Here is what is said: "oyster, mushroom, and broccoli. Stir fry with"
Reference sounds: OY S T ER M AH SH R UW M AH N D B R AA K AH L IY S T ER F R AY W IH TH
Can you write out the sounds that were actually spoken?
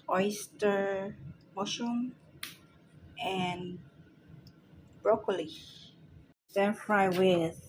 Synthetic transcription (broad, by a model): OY S T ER M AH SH UW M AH N B R AA K AH L IY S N F R AY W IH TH